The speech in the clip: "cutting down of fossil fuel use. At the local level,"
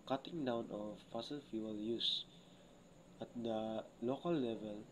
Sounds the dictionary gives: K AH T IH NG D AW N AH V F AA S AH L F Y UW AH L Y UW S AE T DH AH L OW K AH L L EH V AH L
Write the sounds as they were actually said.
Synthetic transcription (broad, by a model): K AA T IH NG D AW N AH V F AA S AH L F Y UW AH L Y UW S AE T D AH L OW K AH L L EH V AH L